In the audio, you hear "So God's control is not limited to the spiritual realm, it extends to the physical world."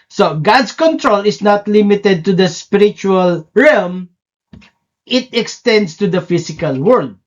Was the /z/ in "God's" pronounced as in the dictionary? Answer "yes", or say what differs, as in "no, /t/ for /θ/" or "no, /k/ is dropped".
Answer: no, /s/ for /z/